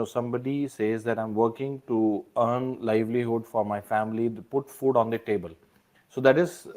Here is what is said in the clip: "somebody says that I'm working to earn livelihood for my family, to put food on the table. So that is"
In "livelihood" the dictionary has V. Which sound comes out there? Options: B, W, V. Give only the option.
V